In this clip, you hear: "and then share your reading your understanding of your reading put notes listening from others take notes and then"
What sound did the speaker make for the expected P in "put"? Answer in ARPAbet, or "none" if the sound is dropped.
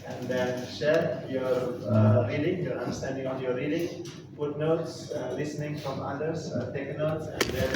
F